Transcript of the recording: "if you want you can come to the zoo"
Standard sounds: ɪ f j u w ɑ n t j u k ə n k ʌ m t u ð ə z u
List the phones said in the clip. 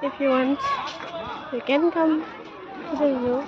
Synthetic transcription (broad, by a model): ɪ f j u w ɑ n t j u k ə n k ʌ m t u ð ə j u